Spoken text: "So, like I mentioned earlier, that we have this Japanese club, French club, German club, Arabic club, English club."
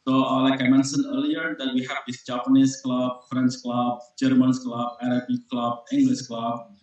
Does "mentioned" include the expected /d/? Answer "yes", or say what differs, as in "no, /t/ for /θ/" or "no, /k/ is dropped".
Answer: no, /d/ is dropped